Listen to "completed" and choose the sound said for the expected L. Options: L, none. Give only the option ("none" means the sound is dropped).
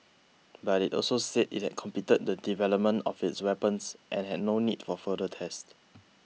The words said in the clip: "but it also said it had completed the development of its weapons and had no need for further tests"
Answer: none